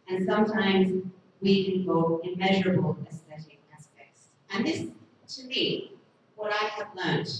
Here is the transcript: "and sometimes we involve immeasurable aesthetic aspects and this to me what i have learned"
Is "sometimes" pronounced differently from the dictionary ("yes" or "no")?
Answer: no